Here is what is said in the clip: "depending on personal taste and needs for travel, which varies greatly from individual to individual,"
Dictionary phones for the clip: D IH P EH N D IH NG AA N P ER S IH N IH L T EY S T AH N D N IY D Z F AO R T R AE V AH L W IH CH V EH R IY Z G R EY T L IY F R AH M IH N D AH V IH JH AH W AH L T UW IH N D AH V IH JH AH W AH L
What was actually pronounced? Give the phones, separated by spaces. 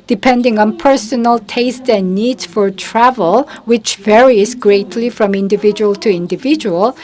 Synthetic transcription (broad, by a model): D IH P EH N D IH NG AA N P ER S IH N IH L T EY S T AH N N IY D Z F AO R T R AE V AH L W IH CH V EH R IY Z G R EY T L IY F R AH M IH N D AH V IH JH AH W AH L T UW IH N D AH V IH JH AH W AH L